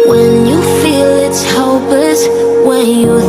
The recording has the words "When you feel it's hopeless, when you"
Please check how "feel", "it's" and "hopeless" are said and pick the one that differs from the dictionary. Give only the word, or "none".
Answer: hopeless